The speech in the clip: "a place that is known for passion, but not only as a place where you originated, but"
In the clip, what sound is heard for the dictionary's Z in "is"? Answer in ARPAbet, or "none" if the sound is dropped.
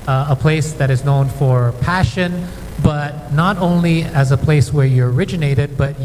Z